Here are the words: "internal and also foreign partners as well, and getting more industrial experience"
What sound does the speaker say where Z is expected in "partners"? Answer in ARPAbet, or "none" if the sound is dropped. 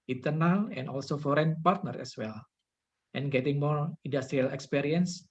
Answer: none